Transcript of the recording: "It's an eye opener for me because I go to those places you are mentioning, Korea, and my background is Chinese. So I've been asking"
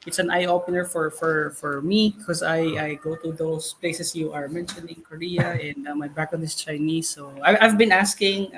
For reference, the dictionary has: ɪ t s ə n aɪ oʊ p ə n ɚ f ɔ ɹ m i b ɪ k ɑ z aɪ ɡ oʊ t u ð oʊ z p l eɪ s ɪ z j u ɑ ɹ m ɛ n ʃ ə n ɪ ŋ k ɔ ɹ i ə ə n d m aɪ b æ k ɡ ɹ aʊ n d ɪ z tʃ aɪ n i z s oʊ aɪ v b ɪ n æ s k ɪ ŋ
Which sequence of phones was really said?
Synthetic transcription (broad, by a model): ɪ t s ə n aɪ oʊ p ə n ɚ f ɔ ɹ m i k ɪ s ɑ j aɪ ɡ oʊ t u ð oʊ s p l eɪ s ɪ s j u ɑ ɹ m ɛ n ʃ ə n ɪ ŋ k ɔ ɹ i ə ə n d m aɪ b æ k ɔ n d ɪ s tʃ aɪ n i s oʊ aɪ v b ɪ n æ s k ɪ ŋ